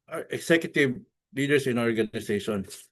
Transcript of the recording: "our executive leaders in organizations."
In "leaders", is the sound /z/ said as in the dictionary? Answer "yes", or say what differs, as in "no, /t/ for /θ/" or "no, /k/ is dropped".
no, /s/ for /z/